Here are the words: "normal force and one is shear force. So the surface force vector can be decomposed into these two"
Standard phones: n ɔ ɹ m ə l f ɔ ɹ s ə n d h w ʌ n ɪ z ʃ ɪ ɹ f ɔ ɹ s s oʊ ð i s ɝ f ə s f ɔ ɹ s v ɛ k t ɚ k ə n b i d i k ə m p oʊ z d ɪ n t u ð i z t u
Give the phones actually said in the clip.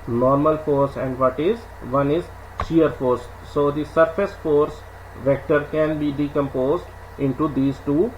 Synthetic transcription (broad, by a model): n ɔ ɹ m ə l f ɔ ɹ s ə n d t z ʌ n ɪ z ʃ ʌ ɹ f ɔ ɹ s s oʊ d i s ɝ f ə s f ɔ ɹ s v ɛ k t ɚ k ə n b i d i k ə m p oʊ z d ɪ n t u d i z t u